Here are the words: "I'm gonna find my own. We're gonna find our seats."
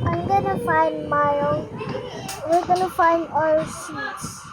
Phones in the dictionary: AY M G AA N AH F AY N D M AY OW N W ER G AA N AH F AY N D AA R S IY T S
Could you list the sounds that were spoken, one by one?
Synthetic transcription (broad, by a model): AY M G AA N AH F AY N D M AY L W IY G AA N AH F AY N D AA L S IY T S